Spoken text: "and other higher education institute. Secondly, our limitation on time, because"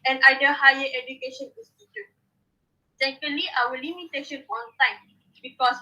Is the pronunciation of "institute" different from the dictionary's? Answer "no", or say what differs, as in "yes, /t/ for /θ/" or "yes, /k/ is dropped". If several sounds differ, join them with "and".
yes, /n/ is dropped